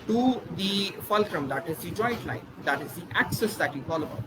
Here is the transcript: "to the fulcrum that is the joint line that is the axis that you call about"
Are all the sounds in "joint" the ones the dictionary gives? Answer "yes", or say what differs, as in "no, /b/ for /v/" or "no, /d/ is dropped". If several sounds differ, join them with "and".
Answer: no, /n/ is dropped